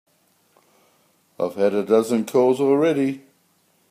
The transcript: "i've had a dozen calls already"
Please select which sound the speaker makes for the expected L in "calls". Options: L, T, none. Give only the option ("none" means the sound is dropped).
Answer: none